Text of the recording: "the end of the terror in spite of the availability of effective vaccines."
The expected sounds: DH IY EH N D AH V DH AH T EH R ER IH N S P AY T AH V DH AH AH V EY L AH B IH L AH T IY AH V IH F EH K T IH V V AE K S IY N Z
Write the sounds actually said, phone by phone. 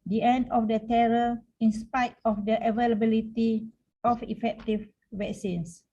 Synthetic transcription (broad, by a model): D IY EH N D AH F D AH T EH R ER IH N S P AY T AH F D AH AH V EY L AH B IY L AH T IY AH F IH F EH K T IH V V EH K S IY N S